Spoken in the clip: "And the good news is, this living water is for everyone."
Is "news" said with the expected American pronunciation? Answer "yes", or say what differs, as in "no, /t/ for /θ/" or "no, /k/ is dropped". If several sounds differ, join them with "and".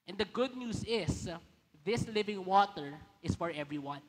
no, /s/ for /z/